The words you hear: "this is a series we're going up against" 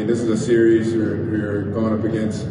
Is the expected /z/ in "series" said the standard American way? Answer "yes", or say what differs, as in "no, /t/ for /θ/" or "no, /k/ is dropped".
yes